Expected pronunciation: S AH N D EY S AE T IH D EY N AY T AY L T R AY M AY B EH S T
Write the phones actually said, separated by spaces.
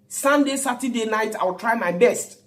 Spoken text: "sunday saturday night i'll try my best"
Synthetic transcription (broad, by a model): S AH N D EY S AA T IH D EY N AY T AY W T R AY M AY B EH S T